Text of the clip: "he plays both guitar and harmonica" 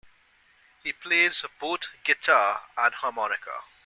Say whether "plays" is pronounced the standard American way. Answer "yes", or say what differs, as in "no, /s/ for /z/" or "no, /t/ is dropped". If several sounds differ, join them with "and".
yes